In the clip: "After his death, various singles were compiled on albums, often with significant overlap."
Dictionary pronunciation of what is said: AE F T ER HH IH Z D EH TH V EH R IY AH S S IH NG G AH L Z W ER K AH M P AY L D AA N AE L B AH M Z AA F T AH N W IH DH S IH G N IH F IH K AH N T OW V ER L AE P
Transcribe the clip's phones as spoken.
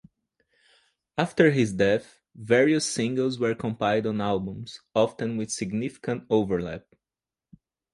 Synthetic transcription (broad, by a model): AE F T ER HH IH Z D EH TH V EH R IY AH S S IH NG G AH L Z W ER K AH M P AY D AA N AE L B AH M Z AA F T AH N W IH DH S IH G N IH F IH K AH N T OW V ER L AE P